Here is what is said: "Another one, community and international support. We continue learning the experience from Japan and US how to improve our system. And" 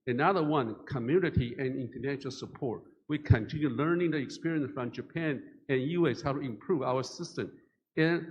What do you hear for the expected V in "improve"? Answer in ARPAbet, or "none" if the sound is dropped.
V